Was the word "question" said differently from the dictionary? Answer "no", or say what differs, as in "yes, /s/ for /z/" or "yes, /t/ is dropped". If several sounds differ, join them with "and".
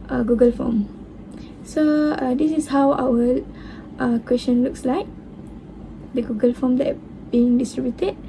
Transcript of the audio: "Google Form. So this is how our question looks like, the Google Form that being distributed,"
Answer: yes, /ʃ/ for /tʃ/